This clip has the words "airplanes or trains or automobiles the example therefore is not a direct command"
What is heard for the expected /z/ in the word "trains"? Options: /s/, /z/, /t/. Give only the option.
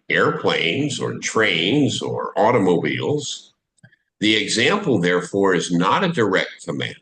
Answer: /z/